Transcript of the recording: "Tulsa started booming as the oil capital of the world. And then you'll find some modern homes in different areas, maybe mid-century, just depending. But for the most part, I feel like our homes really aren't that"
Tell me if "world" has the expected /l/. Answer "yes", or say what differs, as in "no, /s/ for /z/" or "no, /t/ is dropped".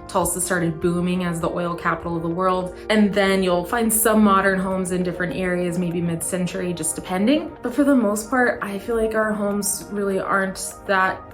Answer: yes